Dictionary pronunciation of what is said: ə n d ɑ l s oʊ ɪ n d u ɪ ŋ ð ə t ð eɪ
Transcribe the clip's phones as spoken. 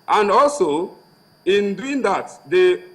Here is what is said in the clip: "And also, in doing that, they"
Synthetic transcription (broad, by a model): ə n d ɑ l s oʊ ɪ n d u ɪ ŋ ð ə t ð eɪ